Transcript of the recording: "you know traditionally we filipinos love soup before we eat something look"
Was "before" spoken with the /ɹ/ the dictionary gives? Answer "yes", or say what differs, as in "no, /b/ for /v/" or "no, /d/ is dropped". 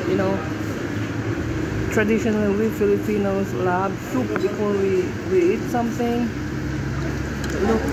no, /w/ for /ɹ/